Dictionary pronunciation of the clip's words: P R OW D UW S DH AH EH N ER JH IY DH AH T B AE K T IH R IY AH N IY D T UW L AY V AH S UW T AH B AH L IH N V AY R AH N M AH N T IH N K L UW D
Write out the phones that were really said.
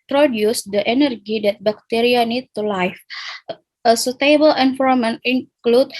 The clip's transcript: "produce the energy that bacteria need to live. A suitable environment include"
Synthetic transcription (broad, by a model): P R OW D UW S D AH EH N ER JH IY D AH T B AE K T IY R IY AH N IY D T UW L AY F AH S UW T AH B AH L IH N F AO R M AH N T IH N K L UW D